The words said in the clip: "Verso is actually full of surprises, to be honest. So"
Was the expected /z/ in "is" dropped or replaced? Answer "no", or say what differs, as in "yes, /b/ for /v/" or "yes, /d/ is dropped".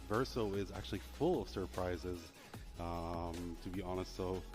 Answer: no